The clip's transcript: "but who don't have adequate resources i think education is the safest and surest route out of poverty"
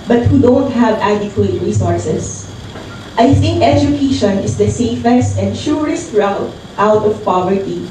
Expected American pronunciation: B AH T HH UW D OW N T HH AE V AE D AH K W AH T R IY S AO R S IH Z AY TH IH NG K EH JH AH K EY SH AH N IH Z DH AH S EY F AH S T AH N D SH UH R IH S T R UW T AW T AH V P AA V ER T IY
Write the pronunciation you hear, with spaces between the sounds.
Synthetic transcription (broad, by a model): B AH T HH UW D OW N T HH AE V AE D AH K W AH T R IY S AO R S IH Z AY TH IH NG K EH JH AH K EY SH AH N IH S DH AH S EY F AH S T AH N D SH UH R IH S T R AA T AW T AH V P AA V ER T IY